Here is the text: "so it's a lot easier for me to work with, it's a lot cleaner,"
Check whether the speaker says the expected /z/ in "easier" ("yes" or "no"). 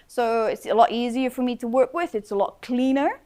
yes